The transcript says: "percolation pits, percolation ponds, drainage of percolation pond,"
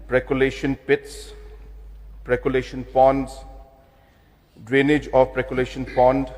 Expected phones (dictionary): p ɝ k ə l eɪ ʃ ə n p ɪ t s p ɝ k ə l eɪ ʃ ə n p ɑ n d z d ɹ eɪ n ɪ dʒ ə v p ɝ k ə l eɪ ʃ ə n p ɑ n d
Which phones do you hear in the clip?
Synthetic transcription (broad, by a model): p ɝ k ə l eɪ ʃ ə n p ɪ t s p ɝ k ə l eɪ ʃ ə n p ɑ n d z d ɹ eɪ n ɪ dʒ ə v p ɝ k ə l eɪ ʃ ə n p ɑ n d